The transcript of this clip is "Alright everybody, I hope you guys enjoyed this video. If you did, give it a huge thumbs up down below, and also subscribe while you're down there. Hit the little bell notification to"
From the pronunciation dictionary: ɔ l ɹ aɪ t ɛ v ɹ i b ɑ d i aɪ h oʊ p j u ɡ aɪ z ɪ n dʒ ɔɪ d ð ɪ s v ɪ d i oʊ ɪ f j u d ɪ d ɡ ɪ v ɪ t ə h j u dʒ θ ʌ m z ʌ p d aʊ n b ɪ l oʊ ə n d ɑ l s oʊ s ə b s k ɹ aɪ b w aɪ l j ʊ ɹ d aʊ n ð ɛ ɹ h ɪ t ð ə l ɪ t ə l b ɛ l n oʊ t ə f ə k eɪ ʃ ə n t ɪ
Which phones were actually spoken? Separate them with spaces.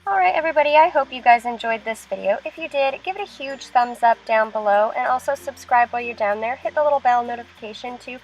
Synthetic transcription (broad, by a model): ɔ l ɹ aɪ t ɛ v ɹ i b ɑ d i aɪ h oʊ p j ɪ ɡ aɪ z ɪ n dʒ ɔɪ d ð ɪ s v ɪ d i oʊ ɪ f j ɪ d ɪ d ɡ ɪ v ɪ t ə h j u dʒ θ ʌ m z ʌ p d aʊ n b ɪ l oʊ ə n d ɑ l s oʊ s ə b s k ɹ aɪ b w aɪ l j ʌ ɹ d aʊ n ð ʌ ɹ h ɪ t ð ə l ɪ t l b ɛ l n oʊ t ə f ə k eɪ ʃ ə n t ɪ